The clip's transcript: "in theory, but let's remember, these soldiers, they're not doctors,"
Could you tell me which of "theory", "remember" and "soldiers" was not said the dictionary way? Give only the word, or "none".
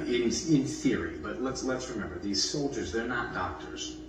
none